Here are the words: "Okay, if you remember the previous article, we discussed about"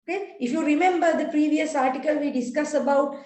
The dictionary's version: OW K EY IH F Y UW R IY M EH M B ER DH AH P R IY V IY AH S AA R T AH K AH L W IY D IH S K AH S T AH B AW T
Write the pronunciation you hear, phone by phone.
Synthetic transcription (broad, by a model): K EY IH F Y UW R IY M EH M B ER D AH P R IY V IY AH S AA R T AH K AH L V IY D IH S K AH S AH B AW T